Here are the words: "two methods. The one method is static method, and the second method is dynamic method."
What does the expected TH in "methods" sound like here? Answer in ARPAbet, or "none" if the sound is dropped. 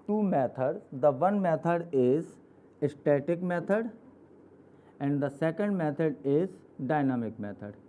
T